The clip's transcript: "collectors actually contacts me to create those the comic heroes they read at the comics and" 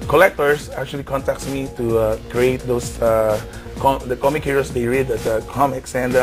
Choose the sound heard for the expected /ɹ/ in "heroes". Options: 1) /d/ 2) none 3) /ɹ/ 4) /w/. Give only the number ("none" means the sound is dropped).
2